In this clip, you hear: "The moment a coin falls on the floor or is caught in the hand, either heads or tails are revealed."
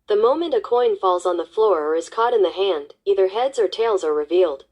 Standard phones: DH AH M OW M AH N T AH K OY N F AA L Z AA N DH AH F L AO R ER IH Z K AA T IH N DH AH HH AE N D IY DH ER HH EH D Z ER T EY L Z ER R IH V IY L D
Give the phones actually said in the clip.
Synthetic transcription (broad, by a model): DH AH M OW M AH N T AH K OY N F AA L Z N DH AH F L AO R ER IH Z K AA T IH N DH AH HH AE N D IY DH ER HH EH D Z ER T EY L Z ER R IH V IY L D